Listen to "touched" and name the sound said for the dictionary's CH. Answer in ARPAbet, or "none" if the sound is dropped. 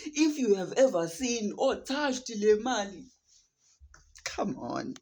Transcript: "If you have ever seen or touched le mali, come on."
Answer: SH